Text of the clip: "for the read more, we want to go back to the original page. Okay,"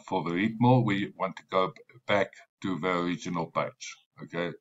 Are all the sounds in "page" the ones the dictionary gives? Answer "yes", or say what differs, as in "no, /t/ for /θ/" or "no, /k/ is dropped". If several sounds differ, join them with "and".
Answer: no, /tʃ/ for /dʒ/